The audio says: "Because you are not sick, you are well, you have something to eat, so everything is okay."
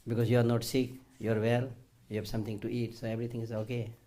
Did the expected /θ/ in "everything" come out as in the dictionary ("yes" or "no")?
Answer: no